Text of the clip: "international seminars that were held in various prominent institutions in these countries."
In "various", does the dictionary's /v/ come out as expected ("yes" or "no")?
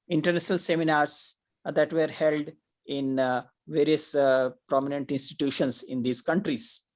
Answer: yes